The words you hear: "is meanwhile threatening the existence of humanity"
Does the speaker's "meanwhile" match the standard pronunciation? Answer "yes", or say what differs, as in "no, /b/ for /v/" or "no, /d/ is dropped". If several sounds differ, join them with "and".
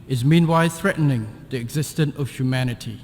yes